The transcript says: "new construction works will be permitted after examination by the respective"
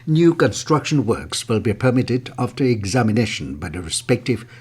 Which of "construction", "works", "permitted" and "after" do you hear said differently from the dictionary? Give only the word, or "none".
none